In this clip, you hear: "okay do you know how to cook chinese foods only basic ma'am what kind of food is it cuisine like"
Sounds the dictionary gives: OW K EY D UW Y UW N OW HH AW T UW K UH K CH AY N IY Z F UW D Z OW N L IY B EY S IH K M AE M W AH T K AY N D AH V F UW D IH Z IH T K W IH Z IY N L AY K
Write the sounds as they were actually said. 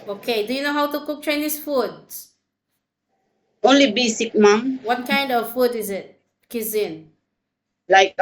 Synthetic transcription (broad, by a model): OW K EY D UW Y UW N OW HH AW T UW K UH K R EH N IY S F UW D OW N L IY B EY S IH K M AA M W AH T K AY N D AH V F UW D IH Z IH T K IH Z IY N L AY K